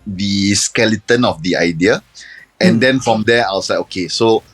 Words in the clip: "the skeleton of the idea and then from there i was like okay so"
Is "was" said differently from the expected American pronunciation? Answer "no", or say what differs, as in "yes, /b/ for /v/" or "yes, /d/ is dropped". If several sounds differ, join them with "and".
yes, /s/ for /z/